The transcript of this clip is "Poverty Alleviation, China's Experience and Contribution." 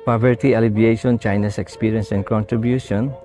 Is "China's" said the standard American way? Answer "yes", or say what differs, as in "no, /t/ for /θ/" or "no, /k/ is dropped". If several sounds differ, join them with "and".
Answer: no, /s/ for /z/